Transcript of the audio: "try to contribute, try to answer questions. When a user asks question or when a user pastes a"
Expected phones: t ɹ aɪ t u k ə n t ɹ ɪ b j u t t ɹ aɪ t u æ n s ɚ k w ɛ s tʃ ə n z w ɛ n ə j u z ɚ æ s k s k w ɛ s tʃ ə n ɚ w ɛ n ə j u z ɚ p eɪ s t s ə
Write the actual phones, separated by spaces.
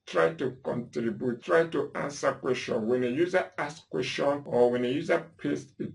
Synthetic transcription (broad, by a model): t ɹ aɪ t u k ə n t ɹ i b j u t t ɹ aɪ t u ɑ n s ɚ k w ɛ s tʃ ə n w ɛ n ə j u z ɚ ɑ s s k w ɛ s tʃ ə n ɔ w ɛ n ə j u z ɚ p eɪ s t ə